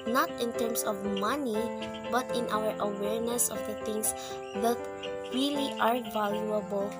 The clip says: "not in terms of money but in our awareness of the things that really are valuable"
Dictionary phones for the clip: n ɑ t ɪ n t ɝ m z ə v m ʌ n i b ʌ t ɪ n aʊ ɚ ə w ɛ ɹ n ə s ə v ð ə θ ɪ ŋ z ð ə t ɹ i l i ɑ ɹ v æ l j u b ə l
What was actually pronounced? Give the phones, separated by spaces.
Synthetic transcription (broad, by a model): n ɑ t ɪ n t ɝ m s ə v m ʌ n i b ʌ t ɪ n aʊ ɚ ə w ɛ ɹ n ə s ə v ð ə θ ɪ ŋ s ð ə t ɹ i l i ɑ ɹ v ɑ l j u b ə l